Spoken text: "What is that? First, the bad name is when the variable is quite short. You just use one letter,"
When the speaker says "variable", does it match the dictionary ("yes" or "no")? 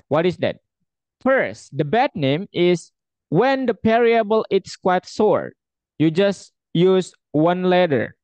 no